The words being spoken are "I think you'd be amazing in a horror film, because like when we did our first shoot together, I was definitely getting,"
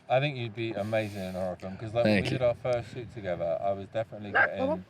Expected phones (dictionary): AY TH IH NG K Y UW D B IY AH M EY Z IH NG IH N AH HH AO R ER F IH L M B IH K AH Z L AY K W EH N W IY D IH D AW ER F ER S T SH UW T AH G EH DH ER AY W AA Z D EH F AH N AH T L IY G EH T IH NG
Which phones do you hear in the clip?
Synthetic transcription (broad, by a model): AY TH IH NG K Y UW D B IY AH M EY Z IH NG IH N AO R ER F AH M K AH Z L AY K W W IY D IH D AW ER F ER S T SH UW T AH G EH DH ER AY W AA Z D EH F AH N AH T L IY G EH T IH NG